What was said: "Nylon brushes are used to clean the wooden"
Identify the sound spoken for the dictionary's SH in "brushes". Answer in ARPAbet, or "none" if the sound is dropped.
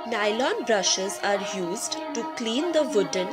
SH